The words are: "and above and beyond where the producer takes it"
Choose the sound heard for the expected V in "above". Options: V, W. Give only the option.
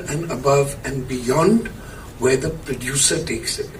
V